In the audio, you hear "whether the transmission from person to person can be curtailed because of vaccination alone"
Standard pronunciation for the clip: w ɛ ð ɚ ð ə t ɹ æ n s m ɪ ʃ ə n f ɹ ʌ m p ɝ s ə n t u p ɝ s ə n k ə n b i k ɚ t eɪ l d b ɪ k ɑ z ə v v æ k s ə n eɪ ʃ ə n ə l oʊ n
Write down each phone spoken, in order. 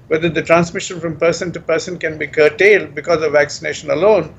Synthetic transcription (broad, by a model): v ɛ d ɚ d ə t ɹ æ n s m ɪ ʃ ə n f ɹ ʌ m p ɝ s ə n t u p ɝ s ə n k ə n b i k ɚ t eɪ l d b ɪ k ɑ z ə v v æ k s ə n eɪ ʃ ə n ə l oʊ n